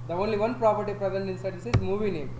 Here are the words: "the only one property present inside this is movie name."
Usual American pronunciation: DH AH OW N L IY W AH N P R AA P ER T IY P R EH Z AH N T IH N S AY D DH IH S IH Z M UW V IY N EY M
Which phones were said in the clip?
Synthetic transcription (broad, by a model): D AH OW N L IY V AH N P R AA P ER T IY P R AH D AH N IH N S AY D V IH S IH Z M UW V IY N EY M